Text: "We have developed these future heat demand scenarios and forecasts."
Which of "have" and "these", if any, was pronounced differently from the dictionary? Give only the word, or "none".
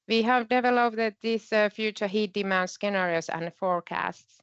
these